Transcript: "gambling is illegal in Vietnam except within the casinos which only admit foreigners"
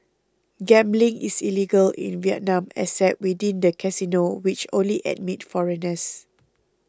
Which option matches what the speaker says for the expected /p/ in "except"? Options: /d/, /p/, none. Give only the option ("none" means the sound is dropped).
none